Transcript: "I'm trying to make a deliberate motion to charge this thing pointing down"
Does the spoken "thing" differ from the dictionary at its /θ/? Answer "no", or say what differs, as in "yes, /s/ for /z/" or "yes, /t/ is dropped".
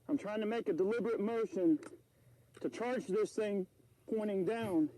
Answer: no